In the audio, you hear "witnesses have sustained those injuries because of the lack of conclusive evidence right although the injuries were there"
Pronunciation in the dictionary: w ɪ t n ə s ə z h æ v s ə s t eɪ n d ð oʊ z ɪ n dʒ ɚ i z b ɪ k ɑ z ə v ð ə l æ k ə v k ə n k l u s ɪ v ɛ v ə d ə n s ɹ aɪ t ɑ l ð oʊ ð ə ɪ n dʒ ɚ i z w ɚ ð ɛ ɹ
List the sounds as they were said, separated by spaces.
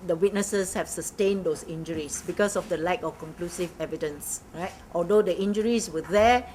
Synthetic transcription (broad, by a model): w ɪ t n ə s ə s h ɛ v s ə s t eɪ n d oʊ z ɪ n dʒ ɚ i s b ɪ k ɑ s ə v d ə l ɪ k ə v k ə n k l u s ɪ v ɛ v ə d ə n s ɹ aɪ t ɑ l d oʊ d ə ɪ n dʒ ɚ i s w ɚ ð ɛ